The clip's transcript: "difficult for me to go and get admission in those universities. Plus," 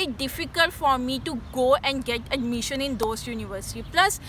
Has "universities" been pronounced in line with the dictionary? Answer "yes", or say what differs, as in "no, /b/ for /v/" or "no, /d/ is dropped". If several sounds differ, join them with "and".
no, /z/ is dropped